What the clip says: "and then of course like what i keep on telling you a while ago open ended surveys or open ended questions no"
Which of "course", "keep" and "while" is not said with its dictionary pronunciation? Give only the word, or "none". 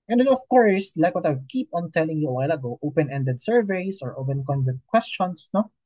none